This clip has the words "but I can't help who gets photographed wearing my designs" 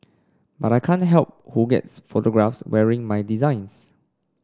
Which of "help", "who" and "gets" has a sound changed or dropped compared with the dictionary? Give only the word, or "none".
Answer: none